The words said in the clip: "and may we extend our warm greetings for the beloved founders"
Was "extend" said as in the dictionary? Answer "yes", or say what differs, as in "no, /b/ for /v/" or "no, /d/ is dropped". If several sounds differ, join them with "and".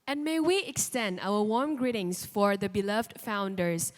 yes